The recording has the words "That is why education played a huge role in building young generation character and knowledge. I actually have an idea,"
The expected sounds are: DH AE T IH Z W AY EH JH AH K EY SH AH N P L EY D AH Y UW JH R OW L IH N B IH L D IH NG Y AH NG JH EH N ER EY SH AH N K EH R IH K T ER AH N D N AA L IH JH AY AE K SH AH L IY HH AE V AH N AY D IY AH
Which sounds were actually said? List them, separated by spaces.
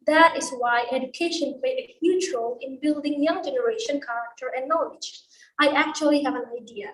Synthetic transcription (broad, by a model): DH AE T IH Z W AY EH JH AH K EY SH AH N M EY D AH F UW CH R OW L IH N B IH L D IH NG Y AH NG JH EH N ER EY SH AH N K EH R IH K T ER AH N N AA L IH JH AY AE K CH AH L IY HH AE V AH N AY D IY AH